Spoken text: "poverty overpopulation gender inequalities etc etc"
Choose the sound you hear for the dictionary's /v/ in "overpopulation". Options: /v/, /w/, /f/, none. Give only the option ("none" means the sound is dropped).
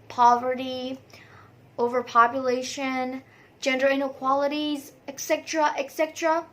/v/